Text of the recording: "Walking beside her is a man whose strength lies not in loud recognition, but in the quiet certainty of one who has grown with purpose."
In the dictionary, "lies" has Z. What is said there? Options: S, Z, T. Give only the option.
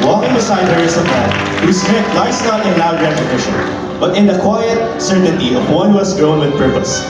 S